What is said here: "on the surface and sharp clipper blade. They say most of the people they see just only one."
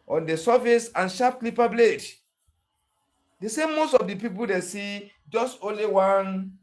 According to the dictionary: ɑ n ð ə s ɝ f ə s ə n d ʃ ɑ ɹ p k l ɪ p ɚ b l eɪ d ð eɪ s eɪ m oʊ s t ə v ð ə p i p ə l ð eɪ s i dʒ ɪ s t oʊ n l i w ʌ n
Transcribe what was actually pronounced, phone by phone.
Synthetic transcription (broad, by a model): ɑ n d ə s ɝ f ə s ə n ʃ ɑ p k l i p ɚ b l eɪ d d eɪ s eɪ m oʊ s t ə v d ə p i p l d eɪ s i dʒ ɪ s t oʊ n l i w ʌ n